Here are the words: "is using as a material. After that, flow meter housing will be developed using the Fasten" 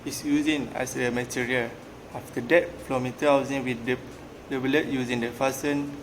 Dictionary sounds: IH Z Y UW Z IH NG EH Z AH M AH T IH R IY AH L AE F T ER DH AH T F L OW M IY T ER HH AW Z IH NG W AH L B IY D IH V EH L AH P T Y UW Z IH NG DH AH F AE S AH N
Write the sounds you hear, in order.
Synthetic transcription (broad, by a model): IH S Y UW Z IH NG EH S AH M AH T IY R IY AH L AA F T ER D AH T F L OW M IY T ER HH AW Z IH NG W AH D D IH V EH L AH T Y UW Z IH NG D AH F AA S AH N